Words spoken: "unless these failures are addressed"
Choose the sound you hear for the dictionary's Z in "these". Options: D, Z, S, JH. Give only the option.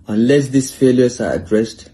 S